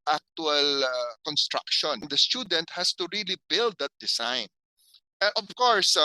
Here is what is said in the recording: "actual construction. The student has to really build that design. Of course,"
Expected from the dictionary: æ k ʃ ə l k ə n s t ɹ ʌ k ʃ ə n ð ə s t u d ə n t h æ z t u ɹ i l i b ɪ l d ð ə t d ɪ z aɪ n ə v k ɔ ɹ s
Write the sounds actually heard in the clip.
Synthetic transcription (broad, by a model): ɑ k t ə l k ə n s t ɹ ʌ k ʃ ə n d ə s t u d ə n t h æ s t u ɹ i l i b ɪ l d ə t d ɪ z aɪ n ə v k ɔ ɹ s